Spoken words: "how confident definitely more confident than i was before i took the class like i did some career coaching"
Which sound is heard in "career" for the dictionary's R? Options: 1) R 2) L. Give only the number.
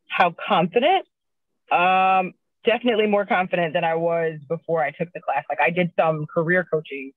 1